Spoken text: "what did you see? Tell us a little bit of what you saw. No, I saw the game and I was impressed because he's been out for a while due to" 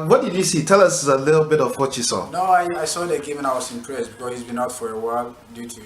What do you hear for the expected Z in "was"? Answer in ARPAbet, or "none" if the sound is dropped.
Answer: S